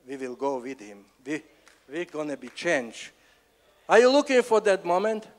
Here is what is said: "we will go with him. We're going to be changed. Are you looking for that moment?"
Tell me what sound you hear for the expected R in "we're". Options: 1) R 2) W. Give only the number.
2